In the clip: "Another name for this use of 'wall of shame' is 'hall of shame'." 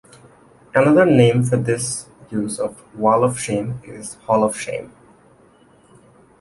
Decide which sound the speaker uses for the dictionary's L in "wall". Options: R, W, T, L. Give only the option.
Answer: L